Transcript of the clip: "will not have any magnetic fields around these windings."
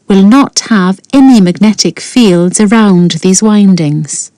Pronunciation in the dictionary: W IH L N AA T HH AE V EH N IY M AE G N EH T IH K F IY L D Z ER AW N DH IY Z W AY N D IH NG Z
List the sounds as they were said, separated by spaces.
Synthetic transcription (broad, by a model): W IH L N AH T HH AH V EH N IY M AE G N EH T IH K F IY L D Z ER AW N DH IY Z W AY N D IH NG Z